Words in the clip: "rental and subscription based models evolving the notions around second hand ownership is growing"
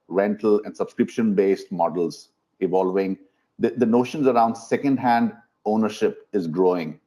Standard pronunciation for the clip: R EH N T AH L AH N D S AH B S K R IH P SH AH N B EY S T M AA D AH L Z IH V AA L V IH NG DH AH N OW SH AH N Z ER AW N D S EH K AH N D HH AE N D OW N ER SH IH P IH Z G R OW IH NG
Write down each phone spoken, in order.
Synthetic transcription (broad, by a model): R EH N T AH L AH N D S AH B S K R IH P SH AH N B EY S T M AA D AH L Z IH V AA L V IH NG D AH N OW SH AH N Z ER AW N D S EH K AH N D HH AE N D OW N ER SH IH P IH Z G R OW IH NG